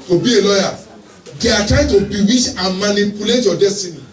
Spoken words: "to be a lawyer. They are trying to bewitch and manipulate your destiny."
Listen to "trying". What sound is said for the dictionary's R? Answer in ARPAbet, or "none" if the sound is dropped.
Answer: none